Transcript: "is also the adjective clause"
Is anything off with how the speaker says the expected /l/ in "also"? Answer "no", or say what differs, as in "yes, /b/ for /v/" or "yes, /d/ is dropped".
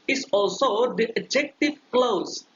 no